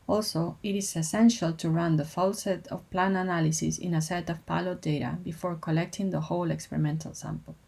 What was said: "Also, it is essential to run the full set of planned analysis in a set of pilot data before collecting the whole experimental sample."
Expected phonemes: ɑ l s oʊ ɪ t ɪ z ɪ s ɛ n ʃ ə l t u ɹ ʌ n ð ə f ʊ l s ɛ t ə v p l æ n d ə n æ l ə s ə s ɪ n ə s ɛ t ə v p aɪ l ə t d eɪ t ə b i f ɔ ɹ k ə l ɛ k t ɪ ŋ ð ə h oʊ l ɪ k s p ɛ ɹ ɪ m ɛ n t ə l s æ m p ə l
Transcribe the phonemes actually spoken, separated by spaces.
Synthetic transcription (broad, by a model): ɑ l s oʊ ɪ t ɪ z ɪ s ɛ n ʃ ə l t u ɹ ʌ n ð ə f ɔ l s ɛ t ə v p l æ n ə n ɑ l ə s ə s ɪ n ə s ɛ t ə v p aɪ l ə d eɪ t ə b i f ɔ ɹ k ə l ɛ k t ɪ ŋ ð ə h oʊ l ɪ k s p ɛ ɹ ɪ m ɛ n t ə l s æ m p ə l